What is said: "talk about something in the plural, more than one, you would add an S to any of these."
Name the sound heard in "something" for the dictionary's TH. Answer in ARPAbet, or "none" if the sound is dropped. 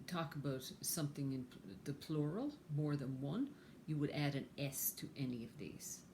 TH